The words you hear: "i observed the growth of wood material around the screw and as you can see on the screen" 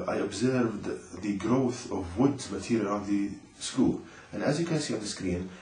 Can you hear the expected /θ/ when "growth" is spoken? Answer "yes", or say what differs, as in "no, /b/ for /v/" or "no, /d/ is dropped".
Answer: yes